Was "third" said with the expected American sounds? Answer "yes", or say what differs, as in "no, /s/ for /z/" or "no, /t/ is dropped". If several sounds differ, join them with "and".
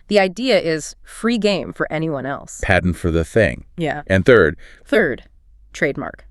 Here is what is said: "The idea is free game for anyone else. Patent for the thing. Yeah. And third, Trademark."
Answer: yes